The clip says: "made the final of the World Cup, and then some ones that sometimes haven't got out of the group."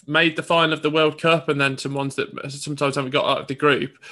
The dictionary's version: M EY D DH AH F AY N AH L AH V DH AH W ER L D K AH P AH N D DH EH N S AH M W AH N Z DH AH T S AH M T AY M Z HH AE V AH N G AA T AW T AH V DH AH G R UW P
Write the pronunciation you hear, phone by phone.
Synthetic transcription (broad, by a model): M EY D DH AH F AY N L AH V DH AH W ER L D K AH P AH N DH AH N S AH M W AH N Z DH AH T S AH M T AY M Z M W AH G AA T AW T AH V DH AH G R UW P